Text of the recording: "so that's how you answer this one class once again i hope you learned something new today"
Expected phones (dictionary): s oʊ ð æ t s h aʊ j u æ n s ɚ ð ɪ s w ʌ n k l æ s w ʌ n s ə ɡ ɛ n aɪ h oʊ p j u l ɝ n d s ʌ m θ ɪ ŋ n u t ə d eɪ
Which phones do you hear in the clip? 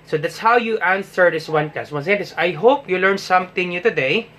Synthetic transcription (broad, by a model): s oʊ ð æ t s h aʊ j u æ n s ɚ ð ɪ s w ʌ n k ɑ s w ʌ n s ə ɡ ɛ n aɪ h oʊ p j u l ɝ n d s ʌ m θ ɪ ŋ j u t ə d eɪ